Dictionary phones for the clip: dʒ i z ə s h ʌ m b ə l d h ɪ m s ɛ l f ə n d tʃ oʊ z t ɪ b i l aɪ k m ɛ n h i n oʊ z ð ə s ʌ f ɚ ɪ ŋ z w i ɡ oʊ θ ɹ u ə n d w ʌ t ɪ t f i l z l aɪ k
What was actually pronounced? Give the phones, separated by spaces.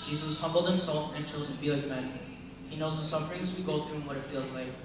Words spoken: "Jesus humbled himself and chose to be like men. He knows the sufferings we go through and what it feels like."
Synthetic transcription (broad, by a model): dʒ i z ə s h ʌ m b l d h ɪ m s ɛ l f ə n tʃ oʊ z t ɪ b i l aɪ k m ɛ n h i n oʊ z ð ə s ʌ f ɚ ɪ ŋ z w i ɡ oʊ θ ɹ u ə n w ʌ t ɪ t f i l z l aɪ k